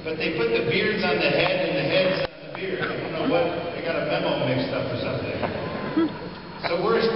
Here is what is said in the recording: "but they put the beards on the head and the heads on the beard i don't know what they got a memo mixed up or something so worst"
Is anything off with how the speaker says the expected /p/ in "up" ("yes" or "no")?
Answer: yes